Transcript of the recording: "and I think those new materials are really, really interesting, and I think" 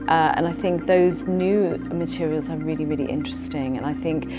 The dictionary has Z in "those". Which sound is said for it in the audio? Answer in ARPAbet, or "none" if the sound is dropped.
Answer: Z